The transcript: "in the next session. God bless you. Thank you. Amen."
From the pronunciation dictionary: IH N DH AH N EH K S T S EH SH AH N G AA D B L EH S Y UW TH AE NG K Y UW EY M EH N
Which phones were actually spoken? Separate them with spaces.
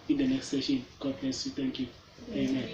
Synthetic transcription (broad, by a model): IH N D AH N EH K S T S EH SH AH N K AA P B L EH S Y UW T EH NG K Y UW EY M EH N